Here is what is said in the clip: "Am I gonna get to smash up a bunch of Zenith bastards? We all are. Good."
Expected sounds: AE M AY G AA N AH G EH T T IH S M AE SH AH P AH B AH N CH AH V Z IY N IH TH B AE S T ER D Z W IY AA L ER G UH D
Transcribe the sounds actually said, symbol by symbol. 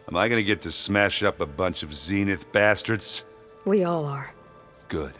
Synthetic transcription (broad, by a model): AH M AY G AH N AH G EH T T IH S M AE SH AH P AH B AH N CH AH V Z IY N IH TH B AE S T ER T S W IY AA L ER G UH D